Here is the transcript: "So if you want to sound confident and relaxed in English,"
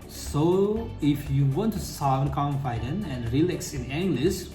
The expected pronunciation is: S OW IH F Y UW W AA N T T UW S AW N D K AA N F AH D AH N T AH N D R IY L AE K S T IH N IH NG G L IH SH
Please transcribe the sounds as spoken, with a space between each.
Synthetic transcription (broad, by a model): S OW IH F Y UW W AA N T T UW S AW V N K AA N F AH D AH N AH N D R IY L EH K S IH N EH NG G L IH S